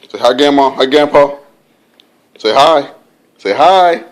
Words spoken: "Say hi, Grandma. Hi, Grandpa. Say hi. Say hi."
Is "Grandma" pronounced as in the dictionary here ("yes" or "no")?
no